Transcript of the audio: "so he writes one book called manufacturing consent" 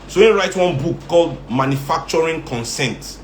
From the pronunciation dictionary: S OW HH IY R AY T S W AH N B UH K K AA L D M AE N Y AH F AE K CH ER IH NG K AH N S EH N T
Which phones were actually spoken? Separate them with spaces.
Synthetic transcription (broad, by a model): S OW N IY R AY T W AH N B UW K K AA L D M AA N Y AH F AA K CH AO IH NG K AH N S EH N T